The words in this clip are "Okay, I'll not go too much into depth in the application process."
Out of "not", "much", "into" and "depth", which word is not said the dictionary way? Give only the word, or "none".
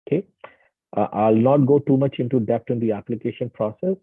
depth